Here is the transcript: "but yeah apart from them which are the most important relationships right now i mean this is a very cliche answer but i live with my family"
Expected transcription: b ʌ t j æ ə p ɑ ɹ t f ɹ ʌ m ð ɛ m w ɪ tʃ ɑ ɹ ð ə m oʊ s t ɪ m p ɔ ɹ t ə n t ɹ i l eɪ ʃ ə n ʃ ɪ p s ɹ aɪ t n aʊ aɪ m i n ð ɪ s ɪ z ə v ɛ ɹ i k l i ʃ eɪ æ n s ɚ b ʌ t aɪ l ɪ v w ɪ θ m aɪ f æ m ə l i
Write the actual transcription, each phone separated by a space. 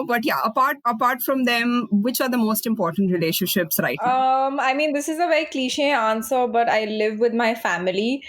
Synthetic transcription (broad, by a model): b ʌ t j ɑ ə p ɑ ɹ t f ɹ ʌ m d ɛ m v ɪ tʃ ɑ ɹ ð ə m oʊ s t ɪ m p ɔ ɹ t ə n t ɹ i l eɪ ʃ ə n ʃ ɪ p s ɹ aɪ t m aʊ aɪ m i n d ɪ s ɪ z ə v ɛ ɹ i k l i ʃ eɪ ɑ n s ɚ b ʌ t aɪ l ɪ v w ɪ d m aɪ f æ m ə l i